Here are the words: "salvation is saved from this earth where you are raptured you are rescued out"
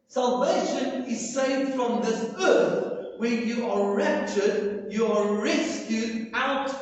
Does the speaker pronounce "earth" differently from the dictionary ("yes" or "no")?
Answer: no